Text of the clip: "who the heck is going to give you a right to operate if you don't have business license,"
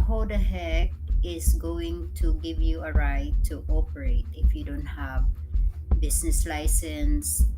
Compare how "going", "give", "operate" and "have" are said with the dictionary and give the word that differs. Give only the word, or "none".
none